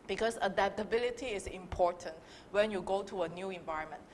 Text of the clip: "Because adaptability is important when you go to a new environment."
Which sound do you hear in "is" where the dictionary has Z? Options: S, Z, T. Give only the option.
S